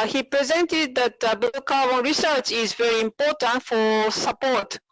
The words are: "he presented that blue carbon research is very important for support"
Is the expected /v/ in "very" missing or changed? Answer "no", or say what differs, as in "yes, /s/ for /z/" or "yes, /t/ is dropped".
no